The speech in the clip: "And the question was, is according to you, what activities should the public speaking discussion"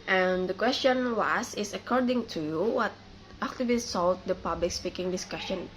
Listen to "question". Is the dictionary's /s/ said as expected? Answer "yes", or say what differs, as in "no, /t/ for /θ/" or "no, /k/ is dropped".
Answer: yes